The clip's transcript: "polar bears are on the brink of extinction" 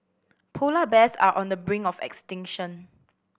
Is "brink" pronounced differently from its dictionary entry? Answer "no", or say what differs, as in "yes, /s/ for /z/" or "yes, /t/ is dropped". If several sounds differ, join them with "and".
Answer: yes, /k/ is dropped